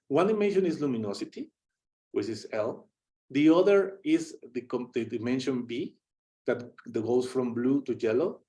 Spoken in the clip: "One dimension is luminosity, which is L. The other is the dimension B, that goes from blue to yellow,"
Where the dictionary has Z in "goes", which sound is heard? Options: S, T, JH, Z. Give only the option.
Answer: S